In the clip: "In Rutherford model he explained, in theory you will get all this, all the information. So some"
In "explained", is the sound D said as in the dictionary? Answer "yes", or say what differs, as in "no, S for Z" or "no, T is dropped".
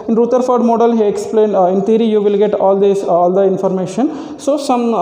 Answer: yes